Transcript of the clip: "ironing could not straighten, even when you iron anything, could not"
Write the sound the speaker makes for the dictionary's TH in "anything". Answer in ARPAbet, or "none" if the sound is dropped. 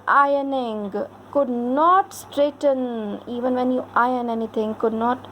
T